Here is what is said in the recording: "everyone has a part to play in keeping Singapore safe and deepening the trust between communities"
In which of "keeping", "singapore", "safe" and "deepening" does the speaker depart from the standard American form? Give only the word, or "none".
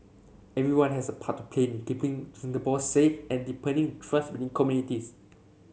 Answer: singapore